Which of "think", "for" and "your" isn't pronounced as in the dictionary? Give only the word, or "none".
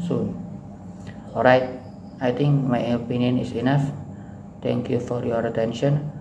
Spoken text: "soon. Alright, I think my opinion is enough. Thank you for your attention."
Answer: think